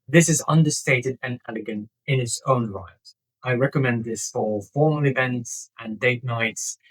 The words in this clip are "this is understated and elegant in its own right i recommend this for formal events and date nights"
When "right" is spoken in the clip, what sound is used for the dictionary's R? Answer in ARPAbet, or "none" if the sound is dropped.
L